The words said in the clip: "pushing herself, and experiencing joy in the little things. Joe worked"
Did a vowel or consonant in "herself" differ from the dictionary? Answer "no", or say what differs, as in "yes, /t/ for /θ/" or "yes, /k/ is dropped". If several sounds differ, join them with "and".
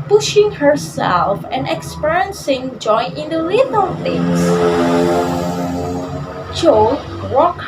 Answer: no